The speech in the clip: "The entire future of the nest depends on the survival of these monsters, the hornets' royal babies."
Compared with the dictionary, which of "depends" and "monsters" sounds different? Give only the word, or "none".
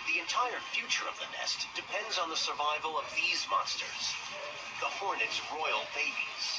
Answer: none